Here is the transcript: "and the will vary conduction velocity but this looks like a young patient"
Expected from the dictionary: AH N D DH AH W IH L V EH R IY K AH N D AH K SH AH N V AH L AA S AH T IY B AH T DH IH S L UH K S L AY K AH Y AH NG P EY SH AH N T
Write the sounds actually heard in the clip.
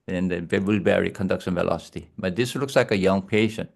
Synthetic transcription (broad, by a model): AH N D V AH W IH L B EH R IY K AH N D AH K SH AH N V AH L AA S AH T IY B AH T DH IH S L UH K S L AY K AH Y AH NG P EY SH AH N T